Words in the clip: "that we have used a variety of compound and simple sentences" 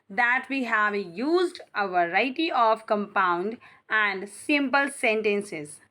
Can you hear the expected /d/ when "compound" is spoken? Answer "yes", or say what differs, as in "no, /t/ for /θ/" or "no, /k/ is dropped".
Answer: yes